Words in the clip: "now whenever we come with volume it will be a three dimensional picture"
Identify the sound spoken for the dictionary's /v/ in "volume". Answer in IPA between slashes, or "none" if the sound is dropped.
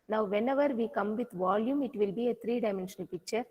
/v/